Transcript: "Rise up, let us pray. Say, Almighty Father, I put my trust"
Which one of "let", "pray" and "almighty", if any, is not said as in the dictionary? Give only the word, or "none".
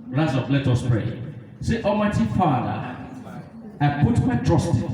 almighty